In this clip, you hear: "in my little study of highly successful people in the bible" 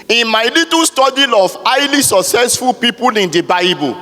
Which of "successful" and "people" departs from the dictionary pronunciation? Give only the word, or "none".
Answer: none